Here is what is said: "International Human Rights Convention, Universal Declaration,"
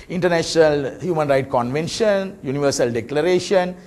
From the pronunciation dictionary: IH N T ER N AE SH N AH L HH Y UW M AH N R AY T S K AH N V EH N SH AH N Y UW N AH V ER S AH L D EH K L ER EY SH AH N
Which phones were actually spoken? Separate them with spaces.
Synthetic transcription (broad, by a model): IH N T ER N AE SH N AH L HH Y UW M AH N R AY T K AH N V EH N SH AH N Y UW N AH V ER S AH L D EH K L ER EY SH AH N